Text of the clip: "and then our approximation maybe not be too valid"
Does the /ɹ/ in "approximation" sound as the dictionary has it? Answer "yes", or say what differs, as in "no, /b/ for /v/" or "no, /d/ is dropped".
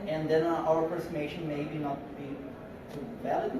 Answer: no, /ɹ/ is dropped